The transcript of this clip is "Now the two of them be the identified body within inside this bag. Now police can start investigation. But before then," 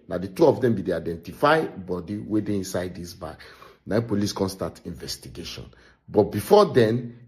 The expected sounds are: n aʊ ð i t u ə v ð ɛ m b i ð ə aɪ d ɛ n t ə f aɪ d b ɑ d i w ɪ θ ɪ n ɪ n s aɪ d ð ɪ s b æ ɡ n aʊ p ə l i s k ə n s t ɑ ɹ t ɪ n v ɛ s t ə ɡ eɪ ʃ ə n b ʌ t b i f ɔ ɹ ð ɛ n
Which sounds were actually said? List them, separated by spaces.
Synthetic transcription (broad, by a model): n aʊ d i t u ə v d ɛ m b i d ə aɪ d ɛ n t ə f aɪ b ɑ d i w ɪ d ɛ ɪ n s aɪ d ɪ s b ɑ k n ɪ p ə l i s k ə n s t ɑ t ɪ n v ɛ s t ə ɡ eɪ ʃ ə n b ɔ t b i f ɔ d ɛ n